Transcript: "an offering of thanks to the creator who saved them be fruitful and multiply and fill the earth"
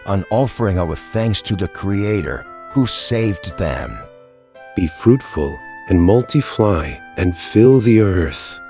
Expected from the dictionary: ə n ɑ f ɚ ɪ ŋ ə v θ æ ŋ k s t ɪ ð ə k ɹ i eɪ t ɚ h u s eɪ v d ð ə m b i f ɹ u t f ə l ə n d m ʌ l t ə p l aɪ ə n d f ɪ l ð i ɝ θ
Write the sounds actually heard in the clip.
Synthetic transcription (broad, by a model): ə n ɑ f ɚ ɪ ŋ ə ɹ θ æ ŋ k s t ɪ ð ə k ɹ i eɪ t ɚ h u s eɪ v ð ə m b i f ɹ u t f ə l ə n m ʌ l t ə f l aɪ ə n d f ɪ l ð i ɝ θ